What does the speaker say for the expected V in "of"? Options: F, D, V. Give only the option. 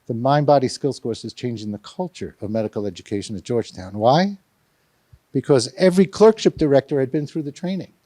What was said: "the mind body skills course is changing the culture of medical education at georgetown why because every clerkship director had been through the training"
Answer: V